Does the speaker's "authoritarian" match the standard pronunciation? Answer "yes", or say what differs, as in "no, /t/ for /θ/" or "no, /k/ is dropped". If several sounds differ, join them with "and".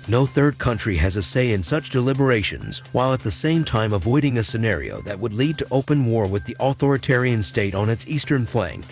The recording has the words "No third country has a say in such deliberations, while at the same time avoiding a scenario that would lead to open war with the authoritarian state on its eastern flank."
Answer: yes